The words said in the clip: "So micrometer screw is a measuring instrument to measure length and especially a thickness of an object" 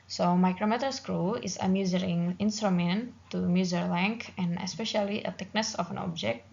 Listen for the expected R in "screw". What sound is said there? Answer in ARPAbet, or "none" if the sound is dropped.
R